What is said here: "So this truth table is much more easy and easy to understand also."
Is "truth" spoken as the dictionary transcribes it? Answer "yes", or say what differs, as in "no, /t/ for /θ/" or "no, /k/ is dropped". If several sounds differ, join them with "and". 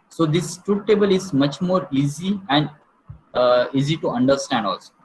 no, /t/ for /θ/